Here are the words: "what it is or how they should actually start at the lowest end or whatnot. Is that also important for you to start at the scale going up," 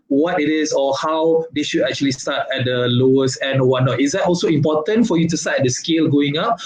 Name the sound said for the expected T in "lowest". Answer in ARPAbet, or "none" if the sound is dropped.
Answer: none